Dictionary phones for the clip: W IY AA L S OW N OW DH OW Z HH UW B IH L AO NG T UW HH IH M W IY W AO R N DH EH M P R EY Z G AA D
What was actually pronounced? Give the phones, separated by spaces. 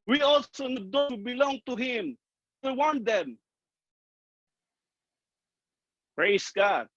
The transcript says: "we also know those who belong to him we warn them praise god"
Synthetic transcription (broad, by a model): W IY AA L S OW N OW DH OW HH UW B IH L AO NG T UW HH IH M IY W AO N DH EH M P R EY S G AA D